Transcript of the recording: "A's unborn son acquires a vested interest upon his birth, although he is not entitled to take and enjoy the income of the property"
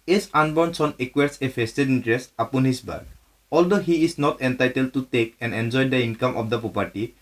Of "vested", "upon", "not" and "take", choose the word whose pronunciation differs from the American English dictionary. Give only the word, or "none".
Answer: vested